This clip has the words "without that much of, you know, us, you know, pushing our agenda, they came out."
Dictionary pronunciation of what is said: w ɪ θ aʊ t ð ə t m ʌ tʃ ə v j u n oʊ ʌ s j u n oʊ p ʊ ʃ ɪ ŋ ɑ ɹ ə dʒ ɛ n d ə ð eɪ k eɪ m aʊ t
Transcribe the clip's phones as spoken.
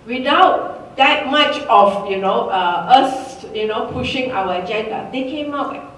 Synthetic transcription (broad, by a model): w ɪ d aʊ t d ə t m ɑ tʃ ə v j u n oʊ ʌ s j u n oʊ p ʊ ʃ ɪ ŋ ɑ w ə dʒ ɛ n d ə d eɪ k eɪ m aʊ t